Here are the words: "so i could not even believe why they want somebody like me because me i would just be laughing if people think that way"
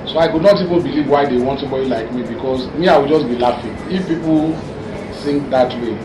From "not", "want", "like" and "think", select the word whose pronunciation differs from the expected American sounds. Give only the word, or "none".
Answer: think